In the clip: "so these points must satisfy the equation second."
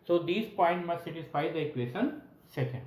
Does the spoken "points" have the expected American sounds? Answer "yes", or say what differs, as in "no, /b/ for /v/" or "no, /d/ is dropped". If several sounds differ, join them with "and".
no, /s/ is dropped